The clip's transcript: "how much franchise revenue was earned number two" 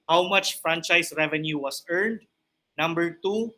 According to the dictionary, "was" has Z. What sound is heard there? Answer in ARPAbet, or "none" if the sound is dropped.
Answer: S